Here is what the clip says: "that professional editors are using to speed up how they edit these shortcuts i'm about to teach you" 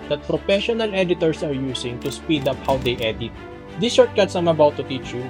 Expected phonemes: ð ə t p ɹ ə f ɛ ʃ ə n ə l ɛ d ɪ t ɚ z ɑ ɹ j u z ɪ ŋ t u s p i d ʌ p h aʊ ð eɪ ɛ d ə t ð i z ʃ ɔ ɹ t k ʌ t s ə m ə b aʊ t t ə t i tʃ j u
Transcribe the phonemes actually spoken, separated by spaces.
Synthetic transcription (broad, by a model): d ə t p ɹ ə f ɛ ʃ ə n ə l ɛ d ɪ t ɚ s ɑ ɹ j u s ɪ ŋ t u s p i d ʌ p h aʊ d eɪ ɛ d ə t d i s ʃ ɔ ɹ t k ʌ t s ə m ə b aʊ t t ə t i tʃ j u